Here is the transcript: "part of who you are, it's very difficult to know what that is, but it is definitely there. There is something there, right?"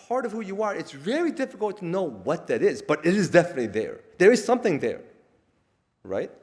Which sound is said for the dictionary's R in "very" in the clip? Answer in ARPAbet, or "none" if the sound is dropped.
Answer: L